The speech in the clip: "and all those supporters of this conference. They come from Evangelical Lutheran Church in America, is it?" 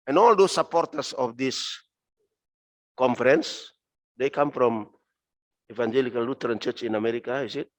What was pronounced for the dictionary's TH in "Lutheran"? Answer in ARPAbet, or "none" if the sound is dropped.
T